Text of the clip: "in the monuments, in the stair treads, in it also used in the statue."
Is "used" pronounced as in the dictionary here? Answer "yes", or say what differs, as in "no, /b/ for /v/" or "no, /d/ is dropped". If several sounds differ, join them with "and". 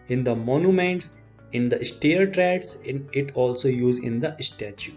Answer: no, /d/ is dropped